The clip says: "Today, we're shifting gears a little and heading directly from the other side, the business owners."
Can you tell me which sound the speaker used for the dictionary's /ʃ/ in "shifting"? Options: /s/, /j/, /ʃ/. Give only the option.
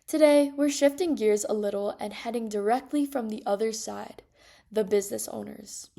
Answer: /ʃ/